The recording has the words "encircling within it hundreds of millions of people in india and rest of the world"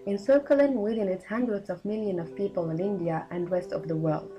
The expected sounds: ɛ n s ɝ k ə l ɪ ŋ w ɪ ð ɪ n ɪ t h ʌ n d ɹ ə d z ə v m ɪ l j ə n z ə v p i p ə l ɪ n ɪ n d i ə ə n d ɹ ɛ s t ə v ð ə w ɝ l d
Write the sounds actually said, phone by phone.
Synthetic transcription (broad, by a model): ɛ n s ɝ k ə l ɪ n w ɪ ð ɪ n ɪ t h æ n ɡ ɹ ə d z ə v m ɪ l j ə n ə v p i p ə l ɪ n ɪ n d i ə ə n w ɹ ɛ s t ə v ð ə w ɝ l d